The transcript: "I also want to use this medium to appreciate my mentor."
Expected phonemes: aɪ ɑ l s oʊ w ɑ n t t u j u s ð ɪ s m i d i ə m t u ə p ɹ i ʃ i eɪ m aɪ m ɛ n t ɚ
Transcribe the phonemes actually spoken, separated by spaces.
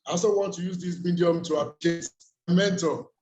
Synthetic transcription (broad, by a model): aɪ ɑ s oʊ w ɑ n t t u j u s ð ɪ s m i d i ə m t u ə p l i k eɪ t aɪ m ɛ n t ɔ